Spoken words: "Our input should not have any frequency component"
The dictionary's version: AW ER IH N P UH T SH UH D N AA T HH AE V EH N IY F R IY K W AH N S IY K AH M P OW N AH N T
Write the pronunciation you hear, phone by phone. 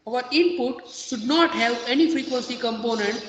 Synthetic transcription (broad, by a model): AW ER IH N P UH T SH UH D N AA T HH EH P EH N IY F R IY K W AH N S IY K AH M P OW N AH N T